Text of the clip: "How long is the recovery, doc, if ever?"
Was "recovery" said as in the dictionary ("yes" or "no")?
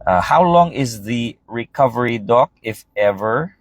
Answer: yes